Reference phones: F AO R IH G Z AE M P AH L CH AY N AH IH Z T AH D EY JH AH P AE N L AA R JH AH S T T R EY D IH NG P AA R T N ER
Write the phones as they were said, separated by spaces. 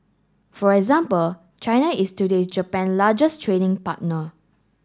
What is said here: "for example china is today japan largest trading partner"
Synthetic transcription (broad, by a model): F AO R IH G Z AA M P AH L CH AY N AH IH S T AH D EY JH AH P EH N L AA JH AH S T T R EY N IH NG P AA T N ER